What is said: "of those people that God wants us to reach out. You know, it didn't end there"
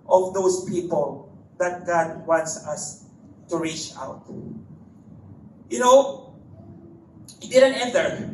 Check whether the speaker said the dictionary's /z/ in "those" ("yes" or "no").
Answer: no